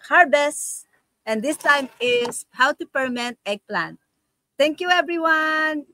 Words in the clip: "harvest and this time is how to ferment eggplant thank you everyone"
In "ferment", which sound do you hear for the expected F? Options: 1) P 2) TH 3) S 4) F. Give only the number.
1